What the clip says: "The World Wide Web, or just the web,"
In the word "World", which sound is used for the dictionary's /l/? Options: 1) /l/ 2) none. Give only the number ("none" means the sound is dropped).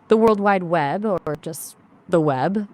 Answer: 1